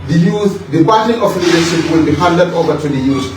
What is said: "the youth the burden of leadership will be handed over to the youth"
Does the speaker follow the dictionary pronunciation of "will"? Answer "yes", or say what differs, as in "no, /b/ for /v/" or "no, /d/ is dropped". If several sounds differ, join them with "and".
yes